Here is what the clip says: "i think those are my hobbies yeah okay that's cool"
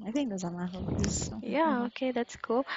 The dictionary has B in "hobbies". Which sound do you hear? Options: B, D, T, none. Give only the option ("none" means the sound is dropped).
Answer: none